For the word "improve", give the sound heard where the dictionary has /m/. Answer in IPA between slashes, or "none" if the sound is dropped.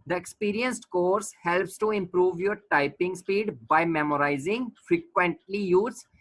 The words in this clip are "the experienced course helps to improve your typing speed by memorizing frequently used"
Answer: /m/